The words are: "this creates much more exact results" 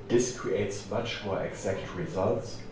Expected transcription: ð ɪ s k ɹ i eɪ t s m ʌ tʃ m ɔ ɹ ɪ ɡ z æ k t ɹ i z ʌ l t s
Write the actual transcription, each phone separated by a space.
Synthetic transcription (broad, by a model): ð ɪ s k ɹ i eɪ t s m ʌ tʃ m ɔ ɹ ɪ ɡ z æ k t ɹ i z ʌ l t s